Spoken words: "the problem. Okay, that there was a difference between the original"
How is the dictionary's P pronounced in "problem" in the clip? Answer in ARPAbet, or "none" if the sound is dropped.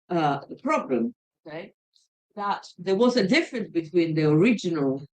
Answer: P